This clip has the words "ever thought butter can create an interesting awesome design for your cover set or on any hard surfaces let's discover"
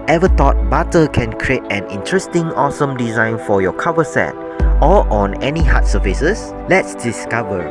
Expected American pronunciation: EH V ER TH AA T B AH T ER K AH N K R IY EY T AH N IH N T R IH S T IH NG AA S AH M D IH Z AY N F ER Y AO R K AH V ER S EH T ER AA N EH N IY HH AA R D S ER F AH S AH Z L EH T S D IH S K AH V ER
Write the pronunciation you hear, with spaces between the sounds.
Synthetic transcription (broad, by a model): EH V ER T AA T B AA T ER K AH N K R IY EY T AH N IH N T R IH S T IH NG AA S AH M D IH Z AY N F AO Y AO K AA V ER S EH T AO AA N EH N IY HH AA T S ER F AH S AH S L EH T S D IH S K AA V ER